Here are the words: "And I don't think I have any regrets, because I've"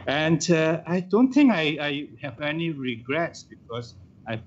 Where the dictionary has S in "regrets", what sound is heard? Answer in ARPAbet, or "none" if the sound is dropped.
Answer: S